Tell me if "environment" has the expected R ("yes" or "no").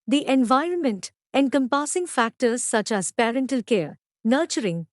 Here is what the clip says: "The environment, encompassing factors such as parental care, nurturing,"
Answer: yes